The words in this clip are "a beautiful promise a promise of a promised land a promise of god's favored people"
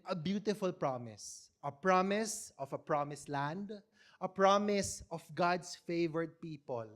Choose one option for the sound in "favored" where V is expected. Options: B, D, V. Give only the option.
V